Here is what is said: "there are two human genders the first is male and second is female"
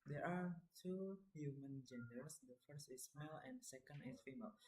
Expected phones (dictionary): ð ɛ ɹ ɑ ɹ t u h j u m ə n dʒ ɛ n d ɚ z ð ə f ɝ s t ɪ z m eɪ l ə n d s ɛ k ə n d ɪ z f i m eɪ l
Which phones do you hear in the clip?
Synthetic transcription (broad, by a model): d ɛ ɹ ɑ ɹ t u h j u m ə n dʒ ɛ n d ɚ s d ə f ɝ s t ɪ s m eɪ l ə n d s ɛ k ə n d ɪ s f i m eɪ l